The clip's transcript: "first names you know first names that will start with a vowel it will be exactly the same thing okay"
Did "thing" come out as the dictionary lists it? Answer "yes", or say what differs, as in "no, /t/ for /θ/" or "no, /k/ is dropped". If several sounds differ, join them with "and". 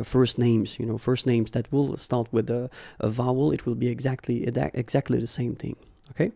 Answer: yes